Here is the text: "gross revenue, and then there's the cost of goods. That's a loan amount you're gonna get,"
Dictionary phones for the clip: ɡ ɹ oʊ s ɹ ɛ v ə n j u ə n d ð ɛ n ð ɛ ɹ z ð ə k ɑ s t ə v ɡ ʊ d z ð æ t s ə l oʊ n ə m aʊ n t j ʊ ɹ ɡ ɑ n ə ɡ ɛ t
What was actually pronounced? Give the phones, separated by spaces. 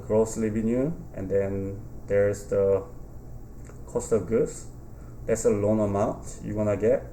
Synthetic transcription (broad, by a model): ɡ ɹ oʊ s l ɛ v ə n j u ə n d ɛ n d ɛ ɹ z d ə k ɑ s t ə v ɡ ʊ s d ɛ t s ə l oʊ n ə m aʊ n t j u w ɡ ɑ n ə ɡ ɛ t